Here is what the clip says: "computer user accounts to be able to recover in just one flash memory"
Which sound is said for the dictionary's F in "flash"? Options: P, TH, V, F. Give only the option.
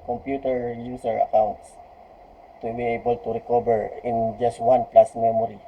P